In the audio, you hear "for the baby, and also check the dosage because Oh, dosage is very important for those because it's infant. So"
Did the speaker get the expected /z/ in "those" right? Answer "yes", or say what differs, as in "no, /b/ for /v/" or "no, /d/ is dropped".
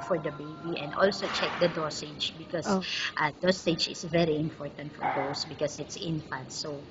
no, /s/ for /z/